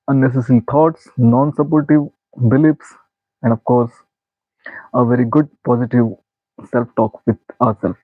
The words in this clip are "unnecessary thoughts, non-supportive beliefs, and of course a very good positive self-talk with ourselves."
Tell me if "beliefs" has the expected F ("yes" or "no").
no